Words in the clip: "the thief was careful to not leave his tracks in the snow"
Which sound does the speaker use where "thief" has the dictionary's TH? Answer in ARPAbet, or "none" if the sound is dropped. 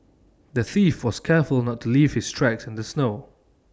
TH